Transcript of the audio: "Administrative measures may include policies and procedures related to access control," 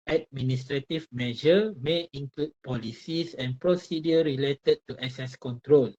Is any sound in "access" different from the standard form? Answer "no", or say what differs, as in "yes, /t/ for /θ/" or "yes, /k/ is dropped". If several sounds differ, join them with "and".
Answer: yes, /k/ is dropped